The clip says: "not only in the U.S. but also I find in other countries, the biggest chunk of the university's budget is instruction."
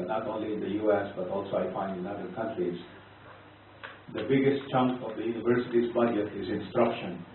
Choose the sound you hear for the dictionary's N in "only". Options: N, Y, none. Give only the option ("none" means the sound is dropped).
N